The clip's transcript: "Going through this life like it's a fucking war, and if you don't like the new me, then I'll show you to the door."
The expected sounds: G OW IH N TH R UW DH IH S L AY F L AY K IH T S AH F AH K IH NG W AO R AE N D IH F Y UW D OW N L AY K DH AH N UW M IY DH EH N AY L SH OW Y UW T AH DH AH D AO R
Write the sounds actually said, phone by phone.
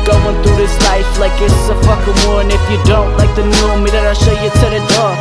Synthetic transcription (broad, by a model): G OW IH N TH UW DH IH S L AY F L AY K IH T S AH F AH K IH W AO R N IH F Y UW D OW N L AY K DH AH N UW M IY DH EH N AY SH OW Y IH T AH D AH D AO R